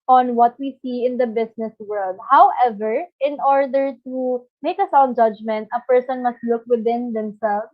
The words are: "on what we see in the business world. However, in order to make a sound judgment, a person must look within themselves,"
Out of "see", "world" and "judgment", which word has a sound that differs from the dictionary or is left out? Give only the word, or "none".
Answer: none